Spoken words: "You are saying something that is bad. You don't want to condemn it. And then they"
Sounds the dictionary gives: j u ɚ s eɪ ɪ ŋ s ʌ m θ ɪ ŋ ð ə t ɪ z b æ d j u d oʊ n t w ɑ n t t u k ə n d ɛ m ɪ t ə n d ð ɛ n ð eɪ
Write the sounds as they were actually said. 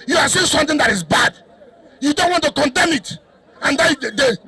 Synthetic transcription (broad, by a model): j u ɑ s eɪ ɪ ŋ s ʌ m t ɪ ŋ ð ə t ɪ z b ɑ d j u d oʊ n t w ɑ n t t u k ə n d ɛ m ɪ t ə n d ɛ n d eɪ